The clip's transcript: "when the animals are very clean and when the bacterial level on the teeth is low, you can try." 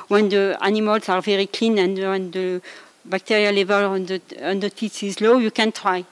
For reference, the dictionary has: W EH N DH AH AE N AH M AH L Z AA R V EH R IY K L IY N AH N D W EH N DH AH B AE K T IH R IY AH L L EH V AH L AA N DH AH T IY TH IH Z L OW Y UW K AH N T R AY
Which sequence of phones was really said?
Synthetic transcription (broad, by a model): W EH N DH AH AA N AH M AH L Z AA R V EH R IY K L IY N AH N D W EH N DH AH B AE K T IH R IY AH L L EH V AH L AA N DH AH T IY S IH Z L OW Y UW K AH N T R AY